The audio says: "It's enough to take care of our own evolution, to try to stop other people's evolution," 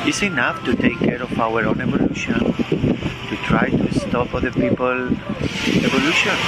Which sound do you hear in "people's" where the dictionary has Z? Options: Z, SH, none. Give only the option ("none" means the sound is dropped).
none